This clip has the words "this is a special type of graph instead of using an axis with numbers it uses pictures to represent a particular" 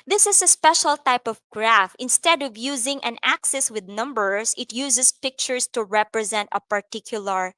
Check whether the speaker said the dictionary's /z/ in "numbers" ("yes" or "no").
no